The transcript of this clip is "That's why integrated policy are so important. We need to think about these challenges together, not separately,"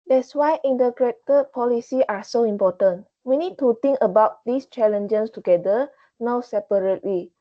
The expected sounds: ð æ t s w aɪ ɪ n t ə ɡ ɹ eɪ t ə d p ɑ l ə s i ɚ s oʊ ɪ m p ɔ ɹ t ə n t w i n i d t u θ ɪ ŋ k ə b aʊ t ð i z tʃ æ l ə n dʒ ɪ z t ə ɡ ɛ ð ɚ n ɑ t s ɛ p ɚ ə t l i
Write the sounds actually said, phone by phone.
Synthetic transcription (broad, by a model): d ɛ t s w aɪ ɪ n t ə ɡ ɹ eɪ t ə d p ɑ l ə s i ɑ s oʊ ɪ m p ɔ t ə n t w i n i d t u t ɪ ŋ k ə b aʊ t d i s tʃ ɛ l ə n dʒ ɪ s t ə ɡ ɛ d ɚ n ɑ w s ɛ p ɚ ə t l i